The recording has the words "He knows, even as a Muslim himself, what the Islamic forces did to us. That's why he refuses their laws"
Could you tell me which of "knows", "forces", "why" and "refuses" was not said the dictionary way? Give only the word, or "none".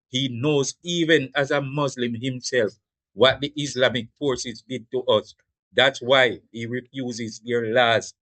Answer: none